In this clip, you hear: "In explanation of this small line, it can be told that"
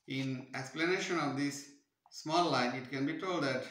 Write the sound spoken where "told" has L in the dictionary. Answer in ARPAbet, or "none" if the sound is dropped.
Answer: L